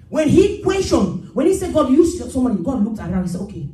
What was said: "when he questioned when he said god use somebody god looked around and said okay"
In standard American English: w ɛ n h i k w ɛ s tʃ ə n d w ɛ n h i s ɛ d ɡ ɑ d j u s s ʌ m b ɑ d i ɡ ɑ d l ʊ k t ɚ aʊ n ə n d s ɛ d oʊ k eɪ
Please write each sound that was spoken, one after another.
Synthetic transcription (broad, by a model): w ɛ n h i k w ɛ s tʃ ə n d w ɛ n h i s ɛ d ɡ ɑ d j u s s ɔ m ɑ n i ɡ ɑ d l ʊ k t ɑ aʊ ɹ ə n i s ɛ d oʊ k eɪ